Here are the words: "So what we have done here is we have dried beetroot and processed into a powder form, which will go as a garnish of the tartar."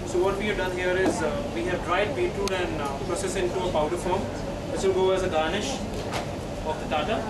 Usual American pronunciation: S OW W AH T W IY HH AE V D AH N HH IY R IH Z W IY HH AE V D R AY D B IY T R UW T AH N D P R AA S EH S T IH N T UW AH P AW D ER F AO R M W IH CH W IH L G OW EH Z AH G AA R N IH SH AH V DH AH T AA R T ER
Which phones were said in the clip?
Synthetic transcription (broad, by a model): S OW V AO T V IY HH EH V D AH N HH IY R IH Z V IY HH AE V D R AY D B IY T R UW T AH N D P R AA S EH S IH N T UW AH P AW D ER F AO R M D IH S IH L G OW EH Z AH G AA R N IH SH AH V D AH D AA T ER